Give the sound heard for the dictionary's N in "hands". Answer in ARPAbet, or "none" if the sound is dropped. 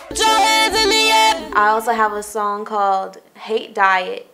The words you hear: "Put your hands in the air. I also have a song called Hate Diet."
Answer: none